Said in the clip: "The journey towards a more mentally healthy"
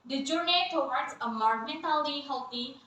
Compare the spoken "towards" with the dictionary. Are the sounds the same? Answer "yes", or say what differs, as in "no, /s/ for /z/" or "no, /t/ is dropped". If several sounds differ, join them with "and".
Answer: no, /w/ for /ɹ/